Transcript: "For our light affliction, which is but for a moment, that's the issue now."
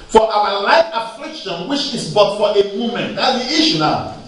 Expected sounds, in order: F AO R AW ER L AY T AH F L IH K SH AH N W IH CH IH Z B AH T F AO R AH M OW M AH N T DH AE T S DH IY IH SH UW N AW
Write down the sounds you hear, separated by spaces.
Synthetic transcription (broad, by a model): F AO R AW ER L AY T AH F L IH K SH AH N W IH CH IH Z B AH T F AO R AH M OW M AH N T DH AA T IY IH SH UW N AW